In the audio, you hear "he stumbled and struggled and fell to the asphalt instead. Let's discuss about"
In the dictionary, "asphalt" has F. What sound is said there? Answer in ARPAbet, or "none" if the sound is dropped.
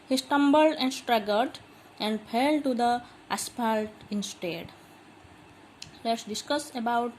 P